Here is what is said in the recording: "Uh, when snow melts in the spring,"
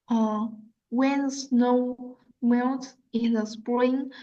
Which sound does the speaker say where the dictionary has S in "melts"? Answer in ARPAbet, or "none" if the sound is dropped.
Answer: none